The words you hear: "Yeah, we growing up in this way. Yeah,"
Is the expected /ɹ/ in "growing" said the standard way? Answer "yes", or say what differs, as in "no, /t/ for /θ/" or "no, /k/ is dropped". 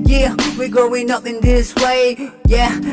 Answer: no, /ɹ/ is dropped